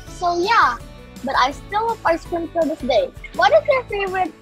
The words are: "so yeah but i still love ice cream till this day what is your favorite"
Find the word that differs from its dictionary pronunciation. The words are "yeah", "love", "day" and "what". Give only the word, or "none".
love